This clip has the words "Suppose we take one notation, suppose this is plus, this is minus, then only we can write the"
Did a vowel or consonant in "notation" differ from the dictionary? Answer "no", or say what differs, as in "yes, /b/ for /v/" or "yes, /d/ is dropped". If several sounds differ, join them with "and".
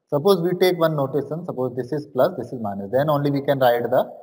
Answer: yes, /s/ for /ʃ/